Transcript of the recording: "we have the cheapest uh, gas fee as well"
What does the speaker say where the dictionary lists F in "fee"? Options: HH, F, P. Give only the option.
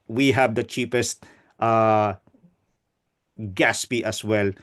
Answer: P